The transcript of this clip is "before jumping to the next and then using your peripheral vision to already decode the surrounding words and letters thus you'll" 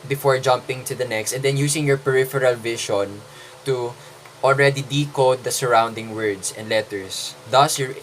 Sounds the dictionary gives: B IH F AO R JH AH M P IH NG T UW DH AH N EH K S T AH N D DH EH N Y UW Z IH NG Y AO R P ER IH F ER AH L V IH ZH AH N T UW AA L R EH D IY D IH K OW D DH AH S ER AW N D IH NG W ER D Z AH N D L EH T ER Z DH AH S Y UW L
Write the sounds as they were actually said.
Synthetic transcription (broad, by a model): B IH F AO R JH AH M P IH NG T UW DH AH N EH K S T AH N D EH N Y UW S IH NG Y AO R P ER IH F ER AH L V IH SH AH N T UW AA L R EH D IY D IH K OW D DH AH S ER AW N D IH NG W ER D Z AH N D L EH T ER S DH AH S Y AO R